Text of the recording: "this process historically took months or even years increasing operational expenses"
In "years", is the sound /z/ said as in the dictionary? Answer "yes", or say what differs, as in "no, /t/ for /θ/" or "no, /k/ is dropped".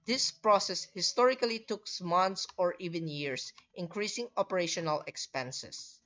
no, /s/ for /z/